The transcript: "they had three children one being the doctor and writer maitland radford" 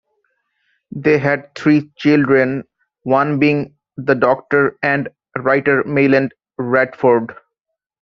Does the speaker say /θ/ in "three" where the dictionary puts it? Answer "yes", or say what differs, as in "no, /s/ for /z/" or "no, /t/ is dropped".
no, /t/ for /θ/